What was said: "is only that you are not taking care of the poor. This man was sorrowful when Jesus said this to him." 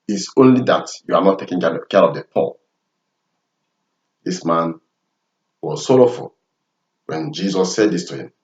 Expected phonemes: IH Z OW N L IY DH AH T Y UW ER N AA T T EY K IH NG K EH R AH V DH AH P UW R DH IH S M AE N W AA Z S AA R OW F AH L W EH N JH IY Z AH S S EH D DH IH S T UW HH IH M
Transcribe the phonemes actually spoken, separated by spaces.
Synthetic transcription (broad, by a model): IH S OW N L IY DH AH T Y UW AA N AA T T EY K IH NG K EH R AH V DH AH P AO L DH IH S M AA N W AA Z S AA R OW F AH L W EH N JH IY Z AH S S EH D DH IH S T UW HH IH M